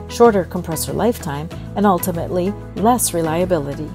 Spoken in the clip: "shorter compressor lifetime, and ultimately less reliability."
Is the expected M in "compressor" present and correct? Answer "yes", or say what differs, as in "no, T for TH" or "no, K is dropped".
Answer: yes